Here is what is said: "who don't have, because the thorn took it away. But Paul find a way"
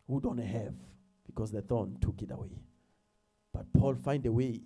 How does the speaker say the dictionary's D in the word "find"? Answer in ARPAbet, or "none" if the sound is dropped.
D